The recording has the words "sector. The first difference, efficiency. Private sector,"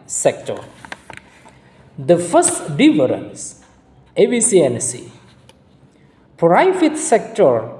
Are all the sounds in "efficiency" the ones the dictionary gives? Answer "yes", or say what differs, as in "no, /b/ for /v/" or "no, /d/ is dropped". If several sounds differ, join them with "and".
no, /s/ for /ʃ/